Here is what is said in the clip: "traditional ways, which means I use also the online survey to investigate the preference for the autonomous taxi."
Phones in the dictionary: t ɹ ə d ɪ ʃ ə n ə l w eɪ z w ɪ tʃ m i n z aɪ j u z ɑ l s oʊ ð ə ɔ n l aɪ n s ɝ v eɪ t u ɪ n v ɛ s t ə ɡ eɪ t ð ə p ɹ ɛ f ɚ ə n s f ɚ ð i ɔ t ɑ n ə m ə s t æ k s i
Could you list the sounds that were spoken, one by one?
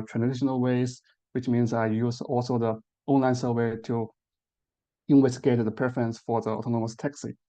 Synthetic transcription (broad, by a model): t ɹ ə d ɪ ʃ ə n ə l w eɪ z w ɪ tʃ m i n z aɪ j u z ɑ l s oʊ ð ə ɔ n l aɪ n s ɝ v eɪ t u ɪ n w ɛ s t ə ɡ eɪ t ð ə p ɹ ɛ f ɚ ə n s f ɚ ð i ɔ t ɑ n ə m ə s t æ k s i